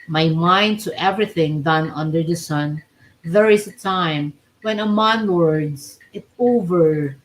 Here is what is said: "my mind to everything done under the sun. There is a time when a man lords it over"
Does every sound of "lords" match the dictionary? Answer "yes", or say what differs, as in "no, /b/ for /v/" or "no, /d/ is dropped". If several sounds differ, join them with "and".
no, /w/ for /l/